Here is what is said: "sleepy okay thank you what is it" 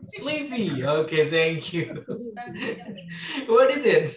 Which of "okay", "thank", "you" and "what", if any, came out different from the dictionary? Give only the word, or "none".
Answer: none